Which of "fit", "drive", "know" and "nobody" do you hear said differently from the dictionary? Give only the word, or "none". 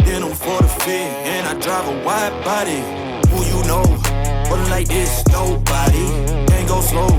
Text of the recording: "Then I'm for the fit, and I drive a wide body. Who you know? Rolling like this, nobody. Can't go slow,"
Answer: fit